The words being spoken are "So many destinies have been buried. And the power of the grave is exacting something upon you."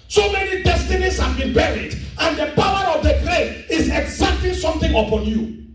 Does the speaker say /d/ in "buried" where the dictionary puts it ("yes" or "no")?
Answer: yes